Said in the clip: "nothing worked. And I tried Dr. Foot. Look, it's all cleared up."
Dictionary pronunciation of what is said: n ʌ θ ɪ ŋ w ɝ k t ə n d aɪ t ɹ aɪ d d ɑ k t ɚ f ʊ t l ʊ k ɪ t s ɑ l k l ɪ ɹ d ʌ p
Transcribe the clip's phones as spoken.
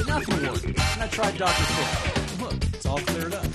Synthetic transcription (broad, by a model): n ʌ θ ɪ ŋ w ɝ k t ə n aɪ t ɹ aɪ d d ɑ k t ɚ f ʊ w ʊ ɪ t s ɑ l k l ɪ ɹ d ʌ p